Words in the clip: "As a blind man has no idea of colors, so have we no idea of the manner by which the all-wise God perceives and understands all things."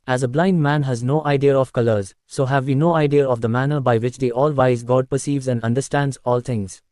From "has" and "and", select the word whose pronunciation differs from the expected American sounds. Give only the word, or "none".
none